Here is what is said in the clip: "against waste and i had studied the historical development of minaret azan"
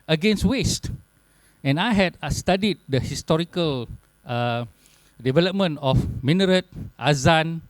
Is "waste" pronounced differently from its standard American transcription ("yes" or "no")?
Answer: no